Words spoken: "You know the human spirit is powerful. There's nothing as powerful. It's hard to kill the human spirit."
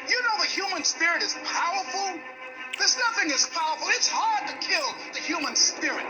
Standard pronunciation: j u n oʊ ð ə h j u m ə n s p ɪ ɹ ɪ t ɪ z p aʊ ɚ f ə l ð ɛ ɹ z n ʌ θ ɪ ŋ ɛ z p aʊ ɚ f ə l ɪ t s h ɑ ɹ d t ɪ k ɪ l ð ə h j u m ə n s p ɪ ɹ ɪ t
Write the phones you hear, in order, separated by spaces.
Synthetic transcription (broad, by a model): j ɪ n oʊ ð ə h j u m ə n s p ɪ ɹ ɪ t ɪ z p aʊ ɚ f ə l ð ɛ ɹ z n ʌ θ ɪ ŋ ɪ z p aʊ ɚ f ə l ɪ t s h ɑ ɹ d t ɪ k ɪ l ð ə h j u m ə n s p ɪ ɹ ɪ t